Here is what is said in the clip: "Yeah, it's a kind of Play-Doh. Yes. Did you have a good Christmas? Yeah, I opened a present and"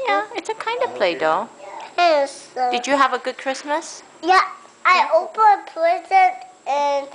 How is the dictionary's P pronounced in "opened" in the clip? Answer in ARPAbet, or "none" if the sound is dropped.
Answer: none